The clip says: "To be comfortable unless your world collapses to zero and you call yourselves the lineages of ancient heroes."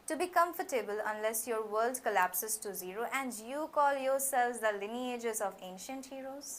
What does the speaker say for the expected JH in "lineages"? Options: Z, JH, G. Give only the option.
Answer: JH